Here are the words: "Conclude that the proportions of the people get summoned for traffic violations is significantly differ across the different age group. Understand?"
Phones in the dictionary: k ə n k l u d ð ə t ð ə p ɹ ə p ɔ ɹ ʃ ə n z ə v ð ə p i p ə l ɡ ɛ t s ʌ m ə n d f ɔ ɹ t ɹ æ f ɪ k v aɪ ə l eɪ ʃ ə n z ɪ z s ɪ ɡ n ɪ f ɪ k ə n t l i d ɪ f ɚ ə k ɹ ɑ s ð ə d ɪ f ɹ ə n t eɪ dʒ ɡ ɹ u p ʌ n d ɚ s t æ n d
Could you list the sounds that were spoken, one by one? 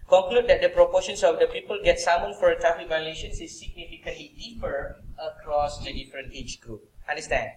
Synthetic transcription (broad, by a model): k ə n k l u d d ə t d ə p ɹ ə p ɔ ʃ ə n s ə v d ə p i p ə l ɡ ɛ t s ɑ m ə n f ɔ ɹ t ɑ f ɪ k v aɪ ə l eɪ ʃ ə n s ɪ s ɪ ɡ n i f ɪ k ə n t l i d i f ɚ ə k ɹ ɑ s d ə d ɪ f ɹ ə n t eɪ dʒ ɡ ɹ u p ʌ n d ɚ s t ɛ n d